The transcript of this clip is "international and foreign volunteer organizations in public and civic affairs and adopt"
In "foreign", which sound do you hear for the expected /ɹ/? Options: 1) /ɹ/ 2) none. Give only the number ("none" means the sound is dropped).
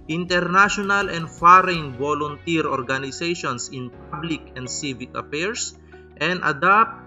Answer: 1